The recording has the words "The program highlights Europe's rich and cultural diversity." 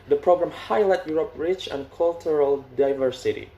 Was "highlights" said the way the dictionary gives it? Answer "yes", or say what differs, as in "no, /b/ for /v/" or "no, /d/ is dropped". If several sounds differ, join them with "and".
no, /s/ is dropped